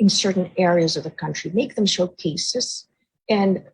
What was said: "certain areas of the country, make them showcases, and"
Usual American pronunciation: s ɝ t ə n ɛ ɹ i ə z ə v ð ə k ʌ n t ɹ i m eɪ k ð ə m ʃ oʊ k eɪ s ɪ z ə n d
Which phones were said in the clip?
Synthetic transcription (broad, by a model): s ɝ t n ɛ ɹ i ə z ə v ð ə k ʌ n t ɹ i m eɪ k ð ə m ʃ oʊ k eɪ s ɪ z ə n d